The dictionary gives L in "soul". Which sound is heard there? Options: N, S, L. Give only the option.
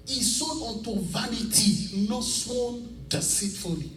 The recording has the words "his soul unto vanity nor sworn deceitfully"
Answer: N